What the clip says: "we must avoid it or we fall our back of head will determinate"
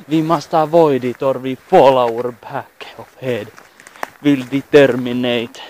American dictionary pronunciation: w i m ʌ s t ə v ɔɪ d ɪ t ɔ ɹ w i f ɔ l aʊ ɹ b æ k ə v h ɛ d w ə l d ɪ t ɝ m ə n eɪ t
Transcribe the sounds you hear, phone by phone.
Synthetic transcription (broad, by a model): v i m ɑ s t ə v ɔɪ d ɪ t ɔ ɹ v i f ɔ l aʊ ɹ b æ k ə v h ɛ d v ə l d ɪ t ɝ m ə n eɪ t